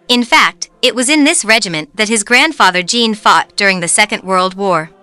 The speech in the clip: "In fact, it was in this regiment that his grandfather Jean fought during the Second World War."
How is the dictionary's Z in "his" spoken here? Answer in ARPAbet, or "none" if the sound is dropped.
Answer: Z